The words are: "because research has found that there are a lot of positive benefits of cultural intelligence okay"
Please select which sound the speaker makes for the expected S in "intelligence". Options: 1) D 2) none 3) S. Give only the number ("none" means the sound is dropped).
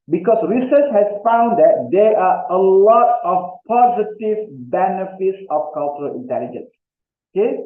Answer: 3